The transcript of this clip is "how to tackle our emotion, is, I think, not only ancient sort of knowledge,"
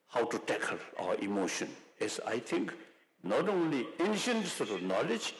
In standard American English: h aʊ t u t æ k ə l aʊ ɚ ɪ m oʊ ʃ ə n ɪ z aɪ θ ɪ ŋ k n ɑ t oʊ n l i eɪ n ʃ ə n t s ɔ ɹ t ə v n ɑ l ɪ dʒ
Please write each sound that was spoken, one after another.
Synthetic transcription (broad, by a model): h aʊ t u t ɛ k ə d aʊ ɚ ɪ m oʊ ʃ ə n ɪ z aɪ t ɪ ŋ k n ɑ t oʊ n l i eɪ n ʃ ə n t s ɔ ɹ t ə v n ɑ l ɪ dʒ